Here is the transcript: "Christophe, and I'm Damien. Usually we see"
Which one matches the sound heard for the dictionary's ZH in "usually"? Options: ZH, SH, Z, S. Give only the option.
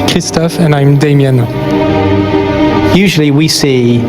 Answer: ZH